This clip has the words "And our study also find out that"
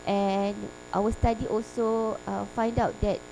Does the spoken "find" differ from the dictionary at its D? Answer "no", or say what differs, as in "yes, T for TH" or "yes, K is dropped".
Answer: no